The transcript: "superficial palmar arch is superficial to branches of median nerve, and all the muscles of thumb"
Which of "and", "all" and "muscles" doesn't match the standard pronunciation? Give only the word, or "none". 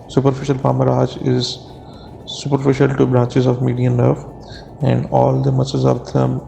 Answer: muscles